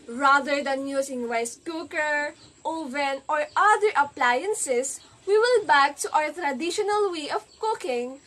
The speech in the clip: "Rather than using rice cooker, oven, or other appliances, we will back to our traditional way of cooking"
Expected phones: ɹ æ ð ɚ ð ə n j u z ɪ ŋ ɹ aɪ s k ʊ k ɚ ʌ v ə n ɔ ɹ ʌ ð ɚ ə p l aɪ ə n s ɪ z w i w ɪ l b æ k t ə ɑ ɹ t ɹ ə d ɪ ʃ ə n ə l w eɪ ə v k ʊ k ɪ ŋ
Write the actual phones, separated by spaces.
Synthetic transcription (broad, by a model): ɹ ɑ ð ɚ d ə n j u s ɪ ŋ w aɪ s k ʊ k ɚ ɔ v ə n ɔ ɹ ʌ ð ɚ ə p l aɪ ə n s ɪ s w i w ɪ l b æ k t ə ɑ w t ɹ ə d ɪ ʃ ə n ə l w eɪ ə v k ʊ k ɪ ŋ